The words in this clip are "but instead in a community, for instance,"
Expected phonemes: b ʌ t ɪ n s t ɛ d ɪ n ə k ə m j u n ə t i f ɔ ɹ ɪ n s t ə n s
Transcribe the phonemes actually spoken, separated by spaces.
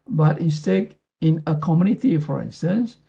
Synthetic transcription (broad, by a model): b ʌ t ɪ s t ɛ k ɪ n ə k ə m j u n ə t i f ɔ ɹ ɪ n s t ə n s